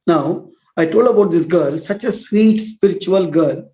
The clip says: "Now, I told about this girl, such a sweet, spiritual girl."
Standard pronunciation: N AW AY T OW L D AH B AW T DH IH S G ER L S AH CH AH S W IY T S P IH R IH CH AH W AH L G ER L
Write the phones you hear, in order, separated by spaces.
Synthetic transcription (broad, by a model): N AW AY T OW L D AH B AW T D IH S G ER L S AH CH AH S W IY T S P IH R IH CH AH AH L G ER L